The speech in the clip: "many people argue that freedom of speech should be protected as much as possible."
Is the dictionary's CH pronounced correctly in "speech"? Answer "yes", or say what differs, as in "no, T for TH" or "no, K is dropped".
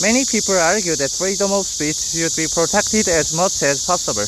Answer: no, S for CH